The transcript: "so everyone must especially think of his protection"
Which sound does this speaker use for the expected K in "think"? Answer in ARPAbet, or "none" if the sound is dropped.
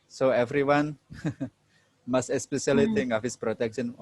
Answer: none